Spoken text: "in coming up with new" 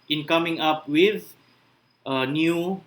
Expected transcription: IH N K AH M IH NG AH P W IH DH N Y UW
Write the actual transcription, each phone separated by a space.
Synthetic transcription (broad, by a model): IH N K AH M IH NG AH P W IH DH N Y UW